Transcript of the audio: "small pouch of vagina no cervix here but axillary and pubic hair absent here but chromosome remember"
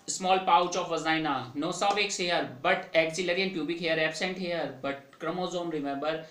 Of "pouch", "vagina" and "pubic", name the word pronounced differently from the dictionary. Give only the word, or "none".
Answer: vagina